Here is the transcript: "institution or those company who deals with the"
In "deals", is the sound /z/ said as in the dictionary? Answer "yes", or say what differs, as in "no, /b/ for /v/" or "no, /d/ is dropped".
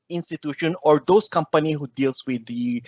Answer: no, /s/ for /z/